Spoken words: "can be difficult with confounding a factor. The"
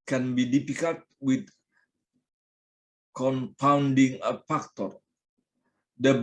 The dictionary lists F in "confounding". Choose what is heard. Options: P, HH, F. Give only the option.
P